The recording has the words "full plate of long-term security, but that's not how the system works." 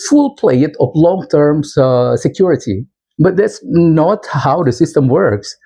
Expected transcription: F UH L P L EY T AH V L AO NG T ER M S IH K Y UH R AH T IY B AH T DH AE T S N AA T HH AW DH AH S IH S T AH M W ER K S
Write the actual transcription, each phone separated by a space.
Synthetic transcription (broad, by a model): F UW L P L EY T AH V L AO NG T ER M S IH K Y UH R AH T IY B AH T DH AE T S N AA T HH AW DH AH S IH S T AH M W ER K S